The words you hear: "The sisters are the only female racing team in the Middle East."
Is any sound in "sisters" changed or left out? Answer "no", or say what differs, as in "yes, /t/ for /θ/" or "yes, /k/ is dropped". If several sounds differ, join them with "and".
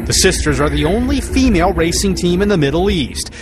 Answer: no